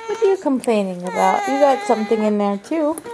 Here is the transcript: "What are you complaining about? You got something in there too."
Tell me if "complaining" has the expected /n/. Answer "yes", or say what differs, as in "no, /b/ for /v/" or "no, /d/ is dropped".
yes